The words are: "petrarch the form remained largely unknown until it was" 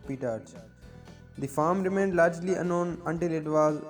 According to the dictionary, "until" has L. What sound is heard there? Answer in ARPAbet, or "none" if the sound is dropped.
L